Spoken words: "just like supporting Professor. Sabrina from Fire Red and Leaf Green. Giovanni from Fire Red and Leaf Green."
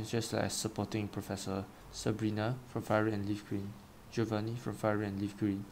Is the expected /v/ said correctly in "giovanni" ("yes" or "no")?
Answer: yes